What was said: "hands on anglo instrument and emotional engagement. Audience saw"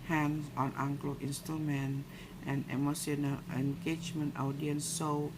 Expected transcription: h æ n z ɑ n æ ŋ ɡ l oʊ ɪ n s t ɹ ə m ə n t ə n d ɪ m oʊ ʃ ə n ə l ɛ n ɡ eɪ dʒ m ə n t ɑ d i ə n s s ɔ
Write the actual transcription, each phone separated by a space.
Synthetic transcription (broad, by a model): h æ n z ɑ n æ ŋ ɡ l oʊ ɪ n s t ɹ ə m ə n t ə n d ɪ m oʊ s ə n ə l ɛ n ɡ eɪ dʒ m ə n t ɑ d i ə n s s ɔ